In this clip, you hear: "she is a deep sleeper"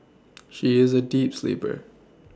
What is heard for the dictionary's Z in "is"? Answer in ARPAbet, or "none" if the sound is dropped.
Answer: Z